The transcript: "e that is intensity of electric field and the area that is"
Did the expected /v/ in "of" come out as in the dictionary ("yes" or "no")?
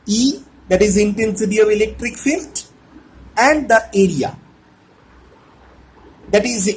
yes